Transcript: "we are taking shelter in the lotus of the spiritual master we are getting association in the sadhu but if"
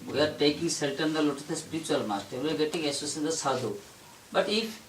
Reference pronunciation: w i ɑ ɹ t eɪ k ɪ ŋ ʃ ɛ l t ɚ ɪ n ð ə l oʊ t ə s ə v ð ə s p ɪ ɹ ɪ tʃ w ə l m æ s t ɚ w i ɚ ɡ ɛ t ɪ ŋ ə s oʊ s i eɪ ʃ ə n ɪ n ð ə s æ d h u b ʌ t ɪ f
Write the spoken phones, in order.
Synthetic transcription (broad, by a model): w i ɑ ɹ t eɪ k ɪ ŋ s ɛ l t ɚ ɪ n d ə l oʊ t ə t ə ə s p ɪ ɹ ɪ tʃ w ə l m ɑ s t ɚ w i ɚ ɡ ɛ t ɪ ŋ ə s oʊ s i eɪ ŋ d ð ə s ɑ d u b ʌ t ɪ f